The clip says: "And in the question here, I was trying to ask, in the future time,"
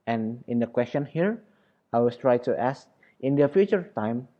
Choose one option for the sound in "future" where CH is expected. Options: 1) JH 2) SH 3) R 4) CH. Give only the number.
4